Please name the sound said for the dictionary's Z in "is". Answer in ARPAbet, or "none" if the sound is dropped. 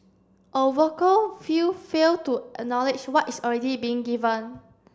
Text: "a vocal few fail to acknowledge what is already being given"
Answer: S